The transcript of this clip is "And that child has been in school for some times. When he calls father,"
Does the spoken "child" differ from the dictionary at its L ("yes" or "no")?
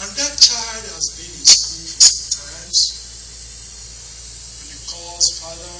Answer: no